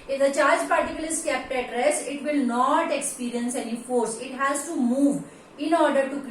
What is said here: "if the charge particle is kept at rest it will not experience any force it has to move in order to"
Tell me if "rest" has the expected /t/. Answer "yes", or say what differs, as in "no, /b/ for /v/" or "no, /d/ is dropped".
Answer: no, /t/ is dropped